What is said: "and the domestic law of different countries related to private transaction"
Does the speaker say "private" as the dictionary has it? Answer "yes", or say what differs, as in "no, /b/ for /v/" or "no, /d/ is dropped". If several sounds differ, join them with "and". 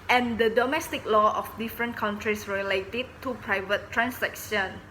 yes